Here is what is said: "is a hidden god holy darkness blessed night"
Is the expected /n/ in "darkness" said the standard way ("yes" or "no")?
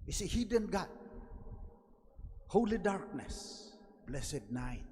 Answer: yes